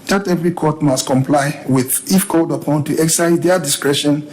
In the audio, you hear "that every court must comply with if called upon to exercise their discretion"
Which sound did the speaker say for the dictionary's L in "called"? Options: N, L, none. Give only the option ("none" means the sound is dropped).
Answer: L